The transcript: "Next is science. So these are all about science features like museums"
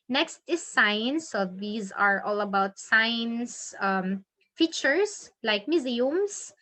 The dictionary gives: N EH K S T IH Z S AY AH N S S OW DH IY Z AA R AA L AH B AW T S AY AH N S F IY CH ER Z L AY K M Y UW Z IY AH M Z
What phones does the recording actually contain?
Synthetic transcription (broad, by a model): N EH K S T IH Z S AY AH N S S OW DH IY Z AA R AA L AH B AW T S AY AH N S F IY CH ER S L AY K M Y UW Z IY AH M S